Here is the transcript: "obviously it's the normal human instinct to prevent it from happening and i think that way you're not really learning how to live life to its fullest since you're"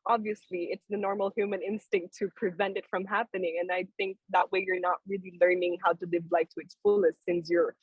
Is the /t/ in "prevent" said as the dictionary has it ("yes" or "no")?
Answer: yes